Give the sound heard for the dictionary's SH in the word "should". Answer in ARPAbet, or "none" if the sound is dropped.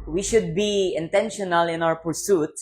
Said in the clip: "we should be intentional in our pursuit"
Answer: SH